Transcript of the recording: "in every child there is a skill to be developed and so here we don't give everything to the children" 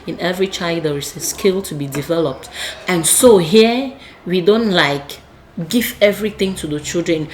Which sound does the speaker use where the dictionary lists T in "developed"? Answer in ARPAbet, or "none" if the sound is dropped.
T